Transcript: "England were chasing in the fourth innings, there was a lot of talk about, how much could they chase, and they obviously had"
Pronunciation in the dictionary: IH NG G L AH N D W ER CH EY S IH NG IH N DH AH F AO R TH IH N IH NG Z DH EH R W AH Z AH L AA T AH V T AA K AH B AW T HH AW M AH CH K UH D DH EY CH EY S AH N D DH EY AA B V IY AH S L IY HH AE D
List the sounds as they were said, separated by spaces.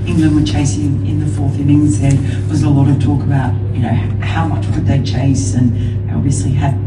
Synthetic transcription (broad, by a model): IH NG G L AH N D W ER CH EY S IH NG IH N DH AH F AO R TH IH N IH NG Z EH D W AH Z AH L AA T AH V T AA K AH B AW T HH AW M AH CH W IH D DH EY CH EY S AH N AA B V IY AH S L IY HH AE